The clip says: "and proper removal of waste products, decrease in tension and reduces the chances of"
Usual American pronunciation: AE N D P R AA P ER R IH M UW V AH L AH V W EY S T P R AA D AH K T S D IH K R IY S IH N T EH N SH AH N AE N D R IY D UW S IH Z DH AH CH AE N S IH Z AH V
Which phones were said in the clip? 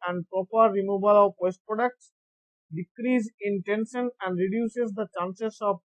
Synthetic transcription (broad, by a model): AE N D P R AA P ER R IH M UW B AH L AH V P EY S T P R AA D AH K T S D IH K R IY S IH N T EH N SH AH N AE N D R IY D UW S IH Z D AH CH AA N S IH S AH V